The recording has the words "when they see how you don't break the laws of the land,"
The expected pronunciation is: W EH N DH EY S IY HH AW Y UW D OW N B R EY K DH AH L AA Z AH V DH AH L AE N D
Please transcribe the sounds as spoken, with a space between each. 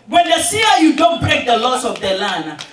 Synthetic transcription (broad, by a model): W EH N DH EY S IY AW Y UW D OW N B R EY K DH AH L AA S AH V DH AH L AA N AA